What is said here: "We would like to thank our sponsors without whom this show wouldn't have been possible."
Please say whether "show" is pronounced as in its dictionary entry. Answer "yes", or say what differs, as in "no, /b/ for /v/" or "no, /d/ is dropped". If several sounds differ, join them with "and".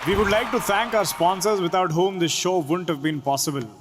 yes